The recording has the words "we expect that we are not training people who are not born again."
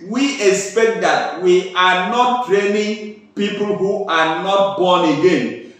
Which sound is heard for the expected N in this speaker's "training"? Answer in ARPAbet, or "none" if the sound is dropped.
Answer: N